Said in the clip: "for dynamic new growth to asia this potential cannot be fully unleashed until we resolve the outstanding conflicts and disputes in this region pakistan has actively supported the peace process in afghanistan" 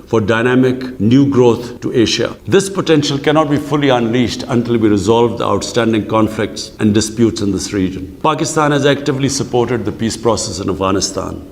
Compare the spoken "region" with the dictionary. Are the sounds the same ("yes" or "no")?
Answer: yes